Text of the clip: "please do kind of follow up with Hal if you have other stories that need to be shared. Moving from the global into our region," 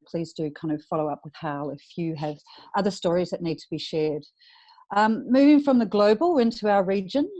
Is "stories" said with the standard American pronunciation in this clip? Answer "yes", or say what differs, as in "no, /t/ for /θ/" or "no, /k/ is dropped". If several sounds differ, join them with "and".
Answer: yes